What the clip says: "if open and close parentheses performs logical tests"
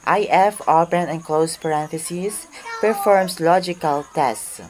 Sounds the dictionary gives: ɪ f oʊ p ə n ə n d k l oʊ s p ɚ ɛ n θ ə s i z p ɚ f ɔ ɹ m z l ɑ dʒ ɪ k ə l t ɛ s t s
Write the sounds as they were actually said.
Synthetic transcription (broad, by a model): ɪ f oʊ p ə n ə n k l oʊ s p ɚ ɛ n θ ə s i s p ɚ f ɔ ɹ m s l ɑ dʒ ɪ k ə l t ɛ s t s